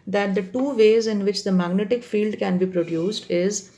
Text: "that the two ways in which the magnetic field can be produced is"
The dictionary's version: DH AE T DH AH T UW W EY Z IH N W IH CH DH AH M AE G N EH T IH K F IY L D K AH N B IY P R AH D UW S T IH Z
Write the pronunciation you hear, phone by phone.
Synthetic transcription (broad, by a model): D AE T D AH T UW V EY Z IH N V IH CH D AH M AE G N EH T IH K F IY L D K AH N B IY P R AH D UW S T IH Z